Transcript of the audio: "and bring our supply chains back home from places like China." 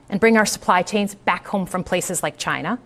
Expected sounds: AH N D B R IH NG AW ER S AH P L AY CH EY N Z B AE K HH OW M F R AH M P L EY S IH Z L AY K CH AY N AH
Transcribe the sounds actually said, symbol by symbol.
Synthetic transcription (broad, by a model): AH N B R IH NG AW ER S AH P L AY CH EY N Z B AE K HH OW M F R AH M P L EY S IH Z L AY K CH AY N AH